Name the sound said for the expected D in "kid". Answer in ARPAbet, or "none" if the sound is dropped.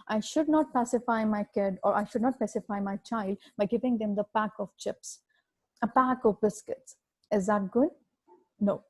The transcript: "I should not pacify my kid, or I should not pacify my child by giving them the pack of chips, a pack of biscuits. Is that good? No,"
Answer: D